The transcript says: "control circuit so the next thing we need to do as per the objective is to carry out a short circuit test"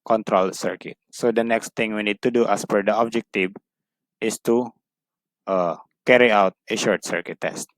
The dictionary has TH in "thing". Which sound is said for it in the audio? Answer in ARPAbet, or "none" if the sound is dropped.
T